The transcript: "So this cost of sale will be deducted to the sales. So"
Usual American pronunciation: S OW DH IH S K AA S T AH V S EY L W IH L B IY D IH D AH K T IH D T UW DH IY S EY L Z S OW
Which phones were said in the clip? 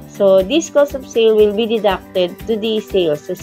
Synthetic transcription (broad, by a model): S OW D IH S K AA S AH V S EY L W IH L B IY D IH D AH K T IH D T UW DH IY S EY L S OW